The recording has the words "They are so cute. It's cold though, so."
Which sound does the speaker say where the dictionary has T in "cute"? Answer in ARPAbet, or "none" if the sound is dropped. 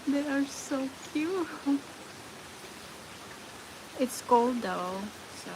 none